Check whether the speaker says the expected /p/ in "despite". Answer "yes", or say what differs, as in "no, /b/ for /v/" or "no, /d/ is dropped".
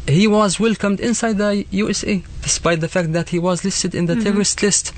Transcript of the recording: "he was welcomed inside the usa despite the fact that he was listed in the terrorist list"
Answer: yes